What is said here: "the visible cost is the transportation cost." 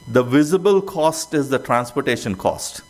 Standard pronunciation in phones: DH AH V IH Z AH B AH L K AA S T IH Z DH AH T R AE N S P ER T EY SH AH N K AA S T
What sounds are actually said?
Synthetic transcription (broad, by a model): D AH V IH Z AH B AH L K AA S T IH Z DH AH T R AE N S P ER T EY SH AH N K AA S T